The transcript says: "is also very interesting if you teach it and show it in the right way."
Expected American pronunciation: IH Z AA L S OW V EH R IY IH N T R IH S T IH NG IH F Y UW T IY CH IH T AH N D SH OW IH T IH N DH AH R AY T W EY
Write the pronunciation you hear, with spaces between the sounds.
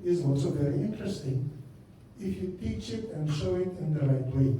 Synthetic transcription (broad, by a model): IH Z AA L S OW V EH R IY IH N T R IH S T IH NG IH F Y UW T IY CH IH T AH N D SH OW IH T IH N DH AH R AY T W EY